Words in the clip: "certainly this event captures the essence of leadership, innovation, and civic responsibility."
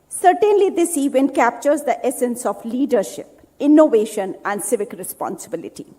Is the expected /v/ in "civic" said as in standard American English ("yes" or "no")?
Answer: yes